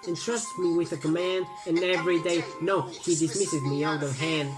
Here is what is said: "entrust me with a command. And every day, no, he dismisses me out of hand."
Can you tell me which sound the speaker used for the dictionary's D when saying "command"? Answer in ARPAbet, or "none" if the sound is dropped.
D